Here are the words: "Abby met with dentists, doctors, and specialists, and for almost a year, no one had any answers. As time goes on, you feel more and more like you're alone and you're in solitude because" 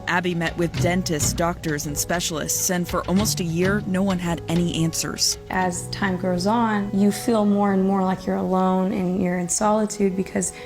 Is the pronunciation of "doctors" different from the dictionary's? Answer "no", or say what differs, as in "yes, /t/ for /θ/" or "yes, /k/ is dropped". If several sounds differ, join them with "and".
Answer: no